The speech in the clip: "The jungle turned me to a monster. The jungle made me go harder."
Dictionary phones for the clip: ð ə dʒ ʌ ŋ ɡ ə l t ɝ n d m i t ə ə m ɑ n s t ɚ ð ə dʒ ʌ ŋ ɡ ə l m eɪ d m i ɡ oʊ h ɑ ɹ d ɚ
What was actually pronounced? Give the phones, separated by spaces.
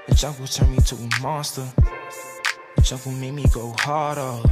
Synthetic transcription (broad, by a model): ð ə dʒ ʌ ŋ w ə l t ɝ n m i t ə ə m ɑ s t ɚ ð ə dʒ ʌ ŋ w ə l m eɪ m i ɡ oʊ h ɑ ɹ d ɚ